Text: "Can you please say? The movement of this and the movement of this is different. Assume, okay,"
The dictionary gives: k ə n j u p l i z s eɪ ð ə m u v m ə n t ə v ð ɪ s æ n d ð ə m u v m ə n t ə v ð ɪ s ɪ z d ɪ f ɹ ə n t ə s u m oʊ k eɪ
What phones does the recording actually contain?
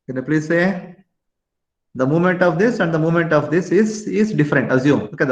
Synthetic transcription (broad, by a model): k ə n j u p l i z s eɪ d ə m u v m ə n t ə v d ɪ s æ n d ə m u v m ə n t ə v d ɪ s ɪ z d ɪ f ɹ ə n t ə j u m oʊ k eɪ